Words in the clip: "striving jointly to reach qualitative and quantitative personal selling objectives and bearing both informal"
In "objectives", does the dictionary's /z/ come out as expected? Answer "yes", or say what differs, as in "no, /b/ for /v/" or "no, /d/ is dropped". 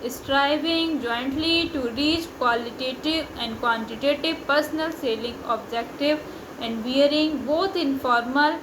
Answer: no, /z/ is dropped